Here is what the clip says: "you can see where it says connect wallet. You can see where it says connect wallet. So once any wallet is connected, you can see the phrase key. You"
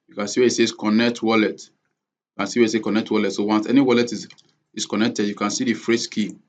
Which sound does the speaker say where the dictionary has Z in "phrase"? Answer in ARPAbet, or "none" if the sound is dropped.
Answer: S